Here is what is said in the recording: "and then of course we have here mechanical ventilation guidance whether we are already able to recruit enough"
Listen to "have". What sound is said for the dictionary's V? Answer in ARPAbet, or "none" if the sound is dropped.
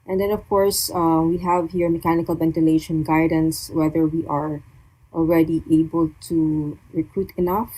V